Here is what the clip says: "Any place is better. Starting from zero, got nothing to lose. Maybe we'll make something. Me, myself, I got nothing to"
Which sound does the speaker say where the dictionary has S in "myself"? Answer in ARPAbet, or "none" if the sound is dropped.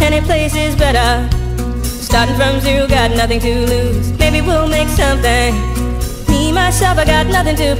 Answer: S